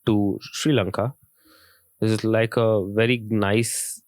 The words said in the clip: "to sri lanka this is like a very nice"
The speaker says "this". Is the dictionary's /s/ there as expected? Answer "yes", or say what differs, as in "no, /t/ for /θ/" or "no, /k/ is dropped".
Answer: no, /s/ is dropped